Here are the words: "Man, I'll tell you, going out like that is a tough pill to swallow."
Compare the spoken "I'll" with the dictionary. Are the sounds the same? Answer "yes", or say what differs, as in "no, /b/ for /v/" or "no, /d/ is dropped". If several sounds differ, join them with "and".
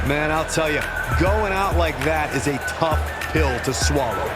yes